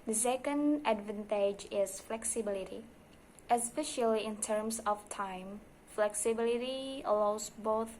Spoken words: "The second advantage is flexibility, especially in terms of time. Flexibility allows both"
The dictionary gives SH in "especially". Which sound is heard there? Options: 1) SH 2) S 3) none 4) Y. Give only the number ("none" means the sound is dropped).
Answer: 1